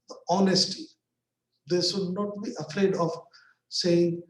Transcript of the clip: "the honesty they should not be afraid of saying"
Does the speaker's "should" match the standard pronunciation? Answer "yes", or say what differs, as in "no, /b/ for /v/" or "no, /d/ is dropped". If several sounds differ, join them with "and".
no, /s/ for /ʃ/